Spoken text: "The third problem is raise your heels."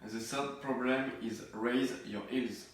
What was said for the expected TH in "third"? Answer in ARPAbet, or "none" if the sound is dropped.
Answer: S